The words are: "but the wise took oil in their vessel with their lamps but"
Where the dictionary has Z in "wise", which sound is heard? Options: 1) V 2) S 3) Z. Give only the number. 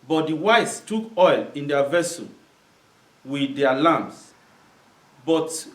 2